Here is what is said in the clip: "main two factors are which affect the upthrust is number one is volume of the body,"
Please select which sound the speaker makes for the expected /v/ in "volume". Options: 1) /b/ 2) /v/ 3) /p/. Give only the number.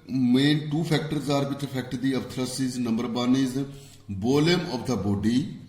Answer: 1